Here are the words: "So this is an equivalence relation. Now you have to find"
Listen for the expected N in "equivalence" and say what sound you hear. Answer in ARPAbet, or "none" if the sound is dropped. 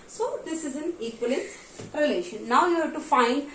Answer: none